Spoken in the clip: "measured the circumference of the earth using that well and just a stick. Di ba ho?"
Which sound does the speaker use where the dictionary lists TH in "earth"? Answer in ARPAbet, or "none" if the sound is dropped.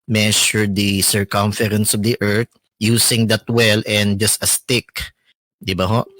T